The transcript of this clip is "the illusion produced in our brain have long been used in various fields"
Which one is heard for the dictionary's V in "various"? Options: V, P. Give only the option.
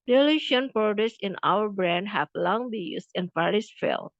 P